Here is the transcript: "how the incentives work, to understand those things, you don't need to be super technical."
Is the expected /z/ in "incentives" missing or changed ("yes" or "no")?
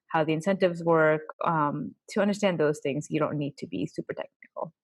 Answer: no